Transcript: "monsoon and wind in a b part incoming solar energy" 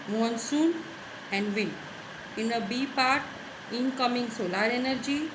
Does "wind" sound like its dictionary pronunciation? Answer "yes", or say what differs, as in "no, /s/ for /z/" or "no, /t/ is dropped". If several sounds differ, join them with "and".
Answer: no, /d/ is dropped